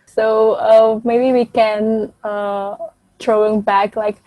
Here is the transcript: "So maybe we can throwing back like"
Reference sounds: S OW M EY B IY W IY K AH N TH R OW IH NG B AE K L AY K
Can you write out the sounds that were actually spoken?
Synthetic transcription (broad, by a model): S OW M EY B IY W IY K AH N T R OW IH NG B AE K L AY K